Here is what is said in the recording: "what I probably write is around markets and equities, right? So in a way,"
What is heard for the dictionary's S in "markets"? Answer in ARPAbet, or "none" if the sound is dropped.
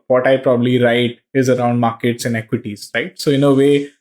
S